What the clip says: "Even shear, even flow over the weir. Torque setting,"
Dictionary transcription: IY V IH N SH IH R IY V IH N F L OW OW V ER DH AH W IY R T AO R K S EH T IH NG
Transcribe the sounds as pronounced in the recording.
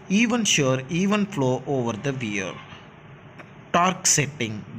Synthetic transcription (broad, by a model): IY V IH N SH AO R IY V IH N F L OW OW V ER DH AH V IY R T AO R K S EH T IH NG